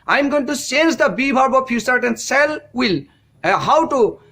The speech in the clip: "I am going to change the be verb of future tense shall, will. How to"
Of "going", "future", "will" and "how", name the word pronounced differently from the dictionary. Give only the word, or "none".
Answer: future